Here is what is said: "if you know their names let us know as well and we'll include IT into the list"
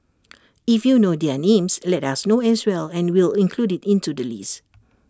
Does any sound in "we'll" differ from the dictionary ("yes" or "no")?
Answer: no